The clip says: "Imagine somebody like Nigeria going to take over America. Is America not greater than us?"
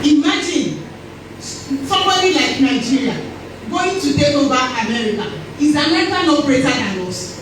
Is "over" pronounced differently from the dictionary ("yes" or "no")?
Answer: yes